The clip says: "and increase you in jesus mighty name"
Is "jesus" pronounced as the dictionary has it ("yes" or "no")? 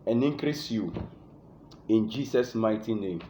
no